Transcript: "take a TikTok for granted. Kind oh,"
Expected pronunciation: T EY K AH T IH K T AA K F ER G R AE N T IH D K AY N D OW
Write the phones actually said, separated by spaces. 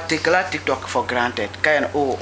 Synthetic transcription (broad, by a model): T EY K AH T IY K T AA K F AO G R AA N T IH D K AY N OW